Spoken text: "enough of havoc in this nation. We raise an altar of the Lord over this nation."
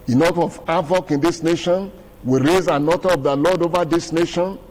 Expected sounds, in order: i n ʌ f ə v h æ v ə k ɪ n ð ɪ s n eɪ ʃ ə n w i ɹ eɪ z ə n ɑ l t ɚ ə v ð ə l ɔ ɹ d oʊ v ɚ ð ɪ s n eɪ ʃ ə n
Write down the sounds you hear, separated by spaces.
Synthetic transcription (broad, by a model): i n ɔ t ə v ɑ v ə k ɪ n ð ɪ s n eɪ ʃ ə n w i ɹ eɪ z ə n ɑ t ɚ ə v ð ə l ɔ d oʊ v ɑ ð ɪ s n eɪ ʃ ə n